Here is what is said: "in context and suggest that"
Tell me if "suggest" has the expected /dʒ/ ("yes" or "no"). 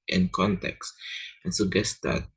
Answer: no